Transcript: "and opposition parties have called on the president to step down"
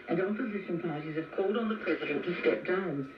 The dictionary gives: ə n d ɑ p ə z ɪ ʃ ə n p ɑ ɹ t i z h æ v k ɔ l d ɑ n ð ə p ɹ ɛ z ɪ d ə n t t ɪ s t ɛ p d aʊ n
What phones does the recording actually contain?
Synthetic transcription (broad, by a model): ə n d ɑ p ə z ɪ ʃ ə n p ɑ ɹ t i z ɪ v k ɔ l d n ð ə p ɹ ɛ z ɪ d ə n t t ɪ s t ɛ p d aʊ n